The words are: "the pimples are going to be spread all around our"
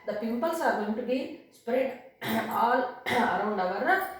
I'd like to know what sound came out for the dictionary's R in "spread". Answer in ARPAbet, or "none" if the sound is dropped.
R